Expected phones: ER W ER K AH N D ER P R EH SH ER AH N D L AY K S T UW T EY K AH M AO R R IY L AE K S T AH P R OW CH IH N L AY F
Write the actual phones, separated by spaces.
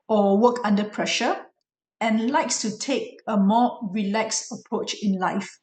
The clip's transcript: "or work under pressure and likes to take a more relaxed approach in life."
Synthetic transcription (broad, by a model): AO W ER K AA N D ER P R EH SH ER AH N L AY K S T UW T EY K AH M AO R R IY L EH K S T AH P R OW CH IH N L AY F